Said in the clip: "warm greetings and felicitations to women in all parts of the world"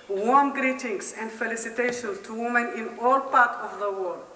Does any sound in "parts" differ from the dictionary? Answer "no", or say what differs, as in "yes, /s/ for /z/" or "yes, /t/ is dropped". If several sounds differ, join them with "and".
yes, /s/ is dropped